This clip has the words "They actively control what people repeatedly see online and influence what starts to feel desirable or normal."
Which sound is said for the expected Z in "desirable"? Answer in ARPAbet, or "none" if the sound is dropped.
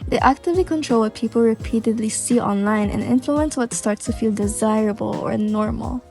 Z